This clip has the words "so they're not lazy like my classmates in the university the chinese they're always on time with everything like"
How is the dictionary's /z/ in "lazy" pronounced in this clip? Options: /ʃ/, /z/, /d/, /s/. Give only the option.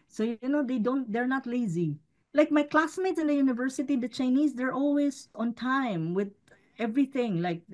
/z/